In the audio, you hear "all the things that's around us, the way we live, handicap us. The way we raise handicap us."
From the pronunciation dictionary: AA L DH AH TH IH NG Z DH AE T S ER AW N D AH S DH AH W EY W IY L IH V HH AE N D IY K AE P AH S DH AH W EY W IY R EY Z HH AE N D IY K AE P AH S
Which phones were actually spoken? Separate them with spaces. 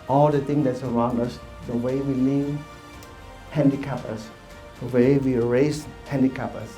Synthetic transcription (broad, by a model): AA L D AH T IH NG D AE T S ER AW N D AH S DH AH W EY W IY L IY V HH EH N D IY K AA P AH S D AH W EY W IY R EY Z HH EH N D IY K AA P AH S